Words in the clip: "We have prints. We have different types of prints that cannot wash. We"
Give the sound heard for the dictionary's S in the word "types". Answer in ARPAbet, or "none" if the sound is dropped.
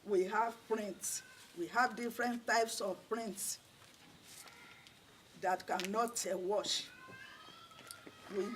S